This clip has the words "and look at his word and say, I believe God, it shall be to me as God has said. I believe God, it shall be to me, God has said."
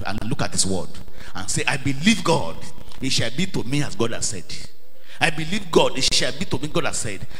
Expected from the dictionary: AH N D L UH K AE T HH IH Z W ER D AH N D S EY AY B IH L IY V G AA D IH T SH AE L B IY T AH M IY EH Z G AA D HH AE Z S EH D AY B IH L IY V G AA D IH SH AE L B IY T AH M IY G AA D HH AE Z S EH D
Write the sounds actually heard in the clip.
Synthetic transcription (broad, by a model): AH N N L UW K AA T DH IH S W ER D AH N S EY AY B IH L IY V G AA D IH T SH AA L B IY T AH M IY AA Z G AA D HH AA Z S EH D AY B IH L IY V G AA D IH SH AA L B IY T AH M IY G AA D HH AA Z S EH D